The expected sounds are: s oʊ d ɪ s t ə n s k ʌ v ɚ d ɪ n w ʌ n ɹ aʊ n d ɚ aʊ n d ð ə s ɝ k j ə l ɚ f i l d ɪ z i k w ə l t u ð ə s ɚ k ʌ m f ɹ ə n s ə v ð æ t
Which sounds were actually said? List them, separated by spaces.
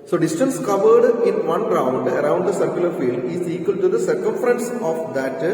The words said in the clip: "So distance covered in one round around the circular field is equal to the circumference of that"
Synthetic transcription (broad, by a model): s oʊ d ɪ s t ə n s k ʌ v ɚ d ɪ n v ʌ n ɹ aʊ n d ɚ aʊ n d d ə s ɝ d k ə l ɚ f i l d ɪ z i k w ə l t u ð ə s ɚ k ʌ m f ɹ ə n s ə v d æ t